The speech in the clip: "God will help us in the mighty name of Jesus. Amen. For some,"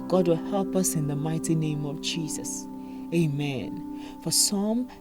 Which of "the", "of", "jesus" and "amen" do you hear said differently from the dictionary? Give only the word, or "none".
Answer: none